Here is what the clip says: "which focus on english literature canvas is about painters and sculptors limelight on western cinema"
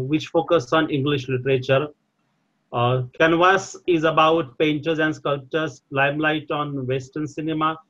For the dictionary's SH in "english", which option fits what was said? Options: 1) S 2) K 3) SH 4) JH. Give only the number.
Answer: 3